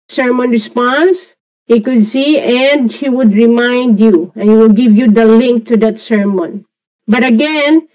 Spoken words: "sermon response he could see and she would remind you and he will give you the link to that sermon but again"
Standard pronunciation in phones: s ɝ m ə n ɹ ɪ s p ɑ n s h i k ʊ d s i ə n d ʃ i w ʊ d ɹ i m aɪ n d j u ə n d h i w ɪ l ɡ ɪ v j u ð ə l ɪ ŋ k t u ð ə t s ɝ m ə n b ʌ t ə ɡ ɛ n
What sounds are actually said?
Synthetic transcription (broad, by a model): s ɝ m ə n ɹ ɪ s p ɑ n s h i k ʊ d s i ə n d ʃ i w ʊ d ɹ i m aɪ n d j u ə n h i w ɪ l ɡ ɪ v j u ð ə l ɪ ŋ k t u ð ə t s ɝ m ə n b ʌ t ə ɡ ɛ n